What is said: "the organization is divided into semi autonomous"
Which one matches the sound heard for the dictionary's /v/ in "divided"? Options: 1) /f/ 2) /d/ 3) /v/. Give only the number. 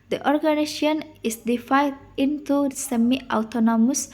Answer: 1